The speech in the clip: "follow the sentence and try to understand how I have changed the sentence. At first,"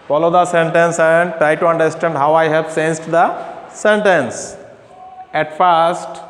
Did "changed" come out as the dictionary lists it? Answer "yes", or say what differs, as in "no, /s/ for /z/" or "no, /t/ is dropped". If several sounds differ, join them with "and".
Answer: no, /s/ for /tʃ/